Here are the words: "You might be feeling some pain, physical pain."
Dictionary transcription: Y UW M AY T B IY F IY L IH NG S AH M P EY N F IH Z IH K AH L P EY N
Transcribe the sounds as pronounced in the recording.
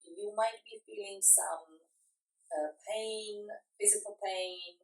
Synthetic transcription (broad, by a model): Y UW M AY T B IY F IY L IH NG S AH M P EY N F IH Z IH K AH L P EY N